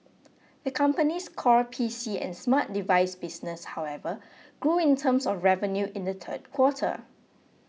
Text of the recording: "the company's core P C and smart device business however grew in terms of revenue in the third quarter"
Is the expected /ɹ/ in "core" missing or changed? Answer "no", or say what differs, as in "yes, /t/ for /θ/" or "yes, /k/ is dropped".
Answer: no